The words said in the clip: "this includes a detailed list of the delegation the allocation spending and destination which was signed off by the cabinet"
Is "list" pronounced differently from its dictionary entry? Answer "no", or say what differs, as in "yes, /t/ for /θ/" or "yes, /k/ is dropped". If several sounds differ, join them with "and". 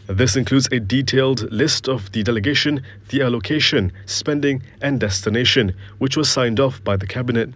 no